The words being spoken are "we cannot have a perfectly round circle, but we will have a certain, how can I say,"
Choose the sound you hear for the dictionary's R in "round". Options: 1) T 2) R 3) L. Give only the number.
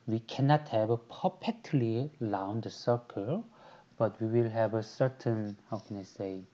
3